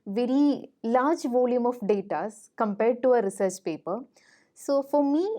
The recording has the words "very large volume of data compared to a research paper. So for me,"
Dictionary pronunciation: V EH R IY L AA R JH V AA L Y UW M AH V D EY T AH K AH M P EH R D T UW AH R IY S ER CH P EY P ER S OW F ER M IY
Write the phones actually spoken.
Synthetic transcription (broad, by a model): V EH R IY L AA R JH V AA L Y UW M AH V D EY T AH K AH M P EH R D T UW AH R IY S ER CH P EY P ER S OW F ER M IY